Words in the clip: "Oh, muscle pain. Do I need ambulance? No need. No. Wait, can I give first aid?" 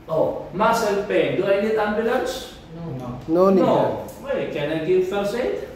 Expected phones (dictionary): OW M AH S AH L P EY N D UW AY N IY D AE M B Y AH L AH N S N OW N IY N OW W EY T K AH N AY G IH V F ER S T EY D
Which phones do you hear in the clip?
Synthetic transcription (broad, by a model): OW M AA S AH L P EY N D UW AY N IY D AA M B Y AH L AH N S N OW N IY N OW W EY K AH N AY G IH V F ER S EY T